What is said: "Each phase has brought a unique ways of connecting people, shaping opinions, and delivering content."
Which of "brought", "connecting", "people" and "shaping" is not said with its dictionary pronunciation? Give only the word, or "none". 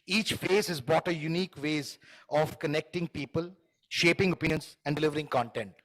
brought